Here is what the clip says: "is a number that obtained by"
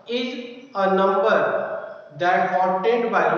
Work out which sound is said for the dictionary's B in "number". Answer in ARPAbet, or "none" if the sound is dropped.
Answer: B